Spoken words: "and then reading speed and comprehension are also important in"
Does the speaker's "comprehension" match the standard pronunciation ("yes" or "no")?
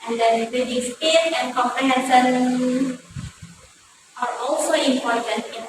no